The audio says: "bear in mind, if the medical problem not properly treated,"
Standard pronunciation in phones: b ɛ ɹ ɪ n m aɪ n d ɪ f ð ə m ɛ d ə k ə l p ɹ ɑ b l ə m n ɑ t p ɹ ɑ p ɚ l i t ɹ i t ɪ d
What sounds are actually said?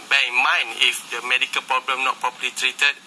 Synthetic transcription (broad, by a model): b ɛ ɪ n m aɪ n ɪ f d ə m ɛ d ə k ə l p ɹ ɑ b l ə m n ɑ t p ɹ ɑ p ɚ l i t ɹ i t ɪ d